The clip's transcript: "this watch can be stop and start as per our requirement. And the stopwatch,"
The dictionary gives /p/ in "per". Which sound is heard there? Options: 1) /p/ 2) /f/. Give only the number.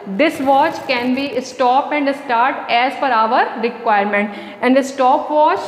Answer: 2